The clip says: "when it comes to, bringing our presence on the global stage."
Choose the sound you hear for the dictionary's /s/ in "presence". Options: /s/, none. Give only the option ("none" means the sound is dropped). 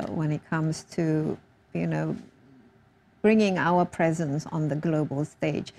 /s/